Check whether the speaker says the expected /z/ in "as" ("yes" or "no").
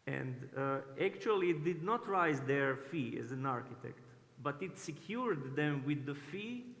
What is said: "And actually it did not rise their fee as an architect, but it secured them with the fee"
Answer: yes